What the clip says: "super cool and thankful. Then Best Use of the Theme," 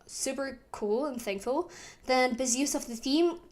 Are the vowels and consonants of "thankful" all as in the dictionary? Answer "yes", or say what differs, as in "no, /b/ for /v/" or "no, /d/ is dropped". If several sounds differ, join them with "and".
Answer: yes